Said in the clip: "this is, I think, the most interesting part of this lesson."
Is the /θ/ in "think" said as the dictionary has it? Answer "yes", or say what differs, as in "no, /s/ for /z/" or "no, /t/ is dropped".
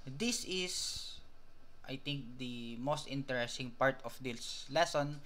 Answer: no, /t/ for /θ/